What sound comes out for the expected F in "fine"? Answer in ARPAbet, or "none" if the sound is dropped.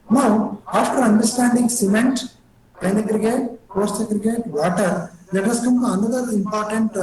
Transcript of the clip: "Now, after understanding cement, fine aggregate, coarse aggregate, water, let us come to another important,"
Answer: P